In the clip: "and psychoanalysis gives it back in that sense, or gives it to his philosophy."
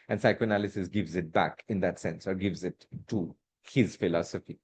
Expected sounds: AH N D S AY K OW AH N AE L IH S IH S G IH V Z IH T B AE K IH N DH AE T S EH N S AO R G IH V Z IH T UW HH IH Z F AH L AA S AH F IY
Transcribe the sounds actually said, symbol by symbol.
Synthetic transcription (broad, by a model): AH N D S AY K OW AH N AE L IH S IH S G IH V Z IH T B AE K IH N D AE T S EH N S AO R G IH V Z IH T UW HH IH Z F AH L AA S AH F IY